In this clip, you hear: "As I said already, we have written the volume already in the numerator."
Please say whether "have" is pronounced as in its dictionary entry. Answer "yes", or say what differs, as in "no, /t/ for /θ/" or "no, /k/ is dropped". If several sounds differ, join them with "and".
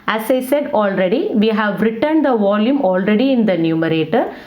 yes